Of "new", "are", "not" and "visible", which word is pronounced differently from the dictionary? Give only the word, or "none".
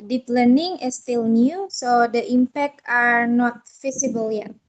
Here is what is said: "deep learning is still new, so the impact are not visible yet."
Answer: visible